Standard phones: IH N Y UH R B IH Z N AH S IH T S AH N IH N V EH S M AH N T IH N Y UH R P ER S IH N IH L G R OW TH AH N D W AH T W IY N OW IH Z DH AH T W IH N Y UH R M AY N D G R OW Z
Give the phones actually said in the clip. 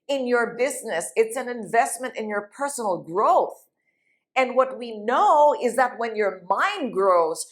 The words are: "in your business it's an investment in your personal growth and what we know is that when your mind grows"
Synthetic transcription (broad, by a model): IH N Y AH R B IH Z N AH S IH T S AH N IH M V EH S M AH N T IH N Y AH R P ER S N L G R OW TH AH N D W AH T W IY N OW IH Z DH AH T W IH N Y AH R M AY N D G R OW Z